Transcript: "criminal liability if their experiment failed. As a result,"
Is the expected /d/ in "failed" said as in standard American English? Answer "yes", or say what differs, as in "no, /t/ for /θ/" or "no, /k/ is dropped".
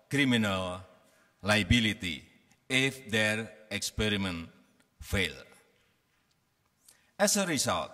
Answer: no, /d/ is dropped